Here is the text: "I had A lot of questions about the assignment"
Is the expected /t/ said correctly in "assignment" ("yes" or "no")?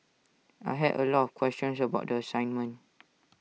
no